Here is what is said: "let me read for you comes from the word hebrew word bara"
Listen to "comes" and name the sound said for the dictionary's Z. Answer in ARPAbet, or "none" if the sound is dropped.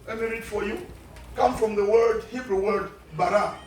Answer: none